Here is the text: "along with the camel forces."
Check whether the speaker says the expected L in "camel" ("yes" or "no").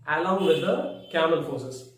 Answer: no